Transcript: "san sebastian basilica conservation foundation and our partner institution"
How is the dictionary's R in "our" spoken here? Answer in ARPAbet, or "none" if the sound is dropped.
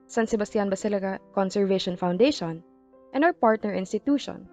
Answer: W